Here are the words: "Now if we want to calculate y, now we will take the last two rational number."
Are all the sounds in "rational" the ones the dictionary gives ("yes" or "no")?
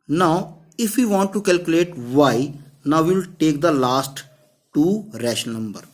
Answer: no